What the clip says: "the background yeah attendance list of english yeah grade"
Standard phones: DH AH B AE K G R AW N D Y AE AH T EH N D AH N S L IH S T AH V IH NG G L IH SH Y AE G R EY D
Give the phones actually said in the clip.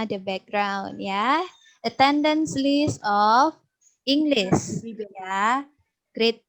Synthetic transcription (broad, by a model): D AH B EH K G R AW N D Y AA AH T EH N D AH N S L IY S AH F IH NG G L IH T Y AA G R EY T